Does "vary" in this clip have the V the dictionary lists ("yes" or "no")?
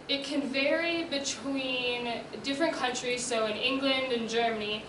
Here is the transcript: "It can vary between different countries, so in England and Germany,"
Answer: yes